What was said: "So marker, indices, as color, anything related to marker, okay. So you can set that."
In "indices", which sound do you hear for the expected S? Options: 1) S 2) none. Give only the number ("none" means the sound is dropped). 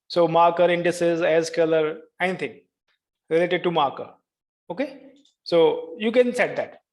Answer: 1